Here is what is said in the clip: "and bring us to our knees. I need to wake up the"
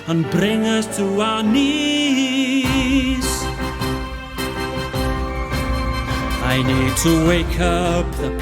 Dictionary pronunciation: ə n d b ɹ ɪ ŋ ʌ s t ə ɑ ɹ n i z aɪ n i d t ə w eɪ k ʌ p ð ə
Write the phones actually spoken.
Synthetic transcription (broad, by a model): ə n b ɹ ɪ ŋ ʌ s t ə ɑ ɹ n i s aɪ n i d t ə w eɪ k ʌ p ð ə